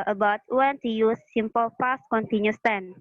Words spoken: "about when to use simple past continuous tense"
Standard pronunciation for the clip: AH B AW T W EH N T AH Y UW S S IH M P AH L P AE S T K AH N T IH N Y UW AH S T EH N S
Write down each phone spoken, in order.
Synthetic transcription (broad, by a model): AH B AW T W EH N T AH Y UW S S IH M P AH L F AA S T K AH N T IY N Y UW S T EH N